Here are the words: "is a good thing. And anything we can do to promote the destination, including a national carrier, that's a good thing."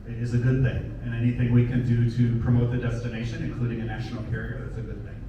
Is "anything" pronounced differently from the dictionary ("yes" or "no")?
no